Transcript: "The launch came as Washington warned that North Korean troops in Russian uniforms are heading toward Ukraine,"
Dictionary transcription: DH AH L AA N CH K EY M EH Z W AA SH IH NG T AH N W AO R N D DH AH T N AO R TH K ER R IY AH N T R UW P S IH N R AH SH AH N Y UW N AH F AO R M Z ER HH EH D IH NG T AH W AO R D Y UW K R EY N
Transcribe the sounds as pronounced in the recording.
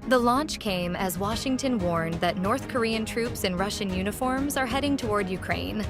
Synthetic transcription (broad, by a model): DH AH L AA N CH K EY M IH Z W AA SH IH NG T AH N W AO R N DH AH T N AO R TH K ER R IY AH N T R UW P S IH N R AH SH AH N Y UW N AH F AO R M Z ER HH EH D IH NG T AH W AO R D Y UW K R EY N